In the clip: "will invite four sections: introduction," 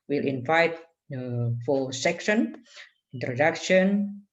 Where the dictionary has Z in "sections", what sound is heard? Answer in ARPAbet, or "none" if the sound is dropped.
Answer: none